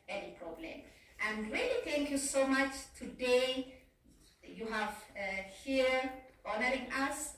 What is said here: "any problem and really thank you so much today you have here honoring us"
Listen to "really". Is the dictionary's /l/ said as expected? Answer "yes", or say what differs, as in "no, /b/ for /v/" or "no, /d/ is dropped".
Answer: yes